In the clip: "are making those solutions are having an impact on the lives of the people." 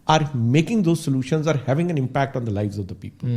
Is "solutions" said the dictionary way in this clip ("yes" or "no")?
yes